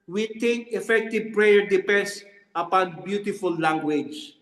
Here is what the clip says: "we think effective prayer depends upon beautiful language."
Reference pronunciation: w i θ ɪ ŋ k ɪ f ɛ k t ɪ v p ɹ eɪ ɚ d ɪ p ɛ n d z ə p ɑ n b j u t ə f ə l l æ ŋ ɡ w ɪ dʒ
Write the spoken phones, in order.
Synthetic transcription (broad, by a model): w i t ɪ ŋ k ɪ f ɛ k t ɪ v p ɹ eɪ ɚ d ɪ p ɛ n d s ə p ɑ n b j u t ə f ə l l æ ŋ ɡ w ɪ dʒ